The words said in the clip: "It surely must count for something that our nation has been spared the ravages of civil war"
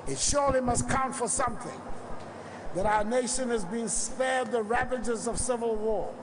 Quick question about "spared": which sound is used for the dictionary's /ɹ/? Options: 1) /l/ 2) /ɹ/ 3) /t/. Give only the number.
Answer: 2